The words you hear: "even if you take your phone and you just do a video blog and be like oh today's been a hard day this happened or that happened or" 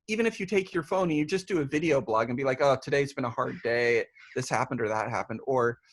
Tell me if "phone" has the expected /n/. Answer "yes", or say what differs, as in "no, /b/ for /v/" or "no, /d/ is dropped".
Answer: no, /n/ is dropped